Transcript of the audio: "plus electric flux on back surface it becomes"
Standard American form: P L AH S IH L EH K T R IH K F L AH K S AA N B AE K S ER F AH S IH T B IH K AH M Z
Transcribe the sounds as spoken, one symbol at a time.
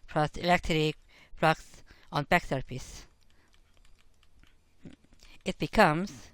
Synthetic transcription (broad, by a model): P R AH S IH L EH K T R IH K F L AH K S AA N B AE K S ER P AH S IH T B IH K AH M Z